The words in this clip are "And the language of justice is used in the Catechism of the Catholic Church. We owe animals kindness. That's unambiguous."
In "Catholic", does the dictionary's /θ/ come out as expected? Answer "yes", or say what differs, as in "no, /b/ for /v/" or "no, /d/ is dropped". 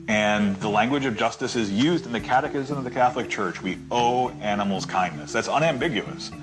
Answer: yes